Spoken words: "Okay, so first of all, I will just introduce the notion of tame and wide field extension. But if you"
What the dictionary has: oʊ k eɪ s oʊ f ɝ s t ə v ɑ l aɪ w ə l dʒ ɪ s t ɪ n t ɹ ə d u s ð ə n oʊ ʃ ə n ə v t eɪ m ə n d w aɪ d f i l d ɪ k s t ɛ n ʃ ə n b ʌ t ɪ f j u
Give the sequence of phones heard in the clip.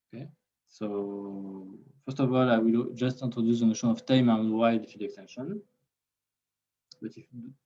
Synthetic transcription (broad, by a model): oʊ k eɪ s oʊ f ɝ s t ə v ɑ l aɪ w ə l dʒ ɪ s t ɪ n t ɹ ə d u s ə n oʊ ʃ ə n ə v t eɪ m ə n w aɪ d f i d ɪ k s t ɛ n ʃ ə n b ʌ t ɪ f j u